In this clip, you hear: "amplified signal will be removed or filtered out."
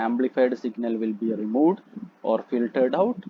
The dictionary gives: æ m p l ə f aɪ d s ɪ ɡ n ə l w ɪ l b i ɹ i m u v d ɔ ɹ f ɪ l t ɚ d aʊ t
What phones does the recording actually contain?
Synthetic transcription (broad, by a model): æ m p l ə f aɪ d s ɪ ɡ n ə l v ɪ l b i ɹ i m u v d ɔ ɹ f ɪ l t ɚ d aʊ t